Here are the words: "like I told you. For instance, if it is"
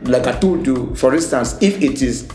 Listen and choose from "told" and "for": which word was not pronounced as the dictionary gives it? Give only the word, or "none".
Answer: told